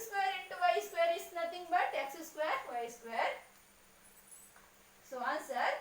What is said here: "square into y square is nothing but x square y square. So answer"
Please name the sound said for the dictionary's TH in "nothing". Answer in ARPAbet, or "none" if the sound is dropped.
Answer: T